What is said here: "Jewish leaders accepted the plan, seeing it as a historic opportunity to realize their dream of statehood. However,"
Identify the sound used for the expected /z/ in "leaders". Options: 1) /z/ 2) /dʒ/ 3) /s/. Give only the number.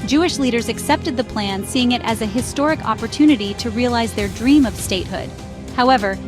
1